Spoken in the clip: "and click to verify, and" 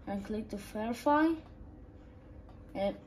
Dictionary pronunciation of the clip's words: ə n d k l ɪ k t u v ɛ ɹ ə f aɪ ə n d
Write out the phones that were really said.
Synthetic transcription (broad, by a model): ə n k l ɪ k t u f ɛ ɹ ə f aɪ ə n